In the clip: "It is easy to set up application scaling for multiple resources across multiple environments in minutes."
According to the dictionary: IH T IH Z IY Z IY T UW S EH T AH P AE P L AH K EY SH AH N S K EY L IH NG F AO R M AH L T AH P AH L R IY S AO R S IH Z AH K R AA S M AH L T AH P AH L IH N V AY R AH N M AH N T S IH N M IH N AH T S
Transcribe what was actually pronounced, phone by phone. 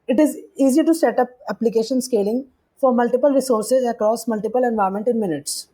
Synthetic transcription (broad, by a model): IH T IH Z IY Z IY T UW S EH T AH P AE P L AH K EY SH AH N S K EY L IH NG F AO R M AH L T AH P AH L R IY S AO R S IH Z AH K R AA S M AH L T AH P AH L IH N V AY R M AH N T IH N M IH N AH T S